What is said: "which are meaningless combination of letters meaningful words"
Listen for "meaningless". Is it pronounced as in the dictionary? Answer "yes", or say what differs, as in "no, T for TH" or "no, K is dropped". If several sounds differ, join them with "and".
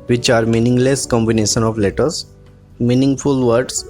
yes